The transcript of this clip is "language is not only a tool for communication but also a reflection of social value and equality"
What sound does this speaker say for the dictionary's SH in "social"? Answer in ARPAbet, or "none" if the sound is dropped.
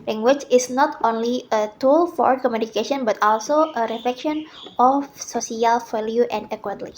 S